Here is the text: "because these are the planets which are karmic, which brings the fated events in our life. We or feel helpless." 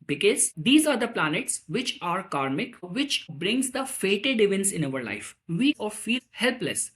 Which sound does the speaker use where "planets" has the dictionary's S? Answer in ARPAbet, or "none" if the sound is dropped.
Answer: S